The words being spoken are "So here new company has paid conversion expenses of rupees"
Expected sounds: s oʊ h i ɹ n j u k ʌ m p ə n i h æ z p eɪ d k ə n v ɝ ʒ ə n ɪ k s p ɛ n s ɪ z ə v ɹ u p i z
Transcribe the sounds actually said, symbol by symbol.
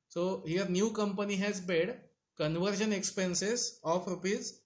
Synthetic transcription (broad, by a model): s oʊ h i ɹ n j u k ʌ m p ə n i h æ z b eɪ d k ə n v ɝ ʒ ə n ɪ k s p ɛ n s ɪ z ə f ɹ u p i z